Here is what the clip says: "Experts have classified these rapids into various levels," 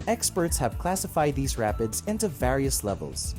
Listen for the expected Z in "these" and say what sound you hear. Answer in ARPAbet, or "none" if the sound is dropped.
Z